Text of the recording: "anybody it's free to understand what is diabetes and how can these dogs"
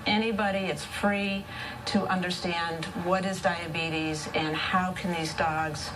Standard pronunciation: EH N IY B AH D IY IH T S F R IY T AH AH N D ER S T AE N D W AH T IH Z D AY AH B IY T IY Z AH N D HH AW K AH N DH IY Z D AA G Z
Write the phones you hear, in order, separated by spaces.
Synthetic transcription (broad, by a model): EH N IY B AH D IY IH T S F R IY T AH AH N D ER S T AE N D W AH T IH Z D AY AH B IY T IY Z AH N HH AW K N DH IY Z D AA G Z